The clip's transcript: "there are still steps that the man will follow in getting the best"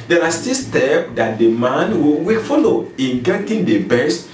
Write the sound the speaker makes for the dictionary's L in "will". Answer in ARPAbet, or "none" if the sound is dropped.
W